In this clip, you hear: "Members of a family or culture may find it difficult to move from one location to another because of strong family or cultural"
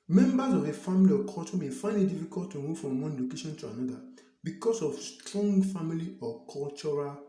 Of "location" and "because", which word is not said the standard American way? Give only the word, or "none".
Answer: because